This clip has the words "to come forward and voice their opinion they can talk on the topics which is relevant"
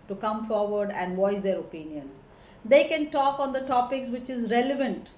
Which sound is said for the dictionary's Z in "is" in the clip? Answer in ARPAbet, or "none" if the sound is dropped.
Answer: Z